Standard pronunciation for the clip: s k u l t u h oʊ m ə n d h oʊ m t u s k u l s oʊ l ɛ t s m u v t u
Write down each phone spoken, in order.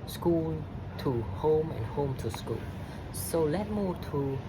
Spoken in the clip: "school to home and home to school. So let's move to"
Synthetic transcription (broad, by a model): s k u l t u h oʊ m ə n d h oʊ m t u s k u l s oʊ l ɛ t m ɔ t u